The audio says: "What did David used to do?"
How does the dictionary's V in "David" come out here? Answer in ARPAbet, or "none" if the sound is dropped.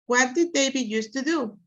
B